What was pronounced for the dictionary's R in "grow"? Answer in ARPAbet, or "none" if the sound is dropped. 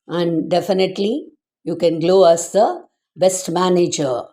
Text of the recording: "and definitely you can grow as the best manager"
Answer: L